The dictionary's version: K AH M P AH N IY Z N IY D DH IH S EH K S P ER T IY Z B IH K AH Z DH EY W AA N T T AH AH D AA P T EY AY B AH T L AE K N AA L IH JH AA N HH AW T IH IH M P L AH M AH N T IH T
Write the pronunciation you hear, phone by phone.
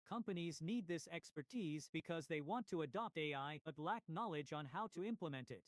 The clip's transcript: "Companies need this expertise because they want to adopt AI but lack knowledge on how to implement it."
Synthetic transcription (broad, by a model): K AH M P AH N IY Z N IY D DH IH S EH K S P ER T IY Z B IH K AH Z DH EY W AA N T T AH AH D AA P T EY AY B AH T L AE K N AA L IH JH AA N HH AW T IH IH M P L AH M AH N T IH T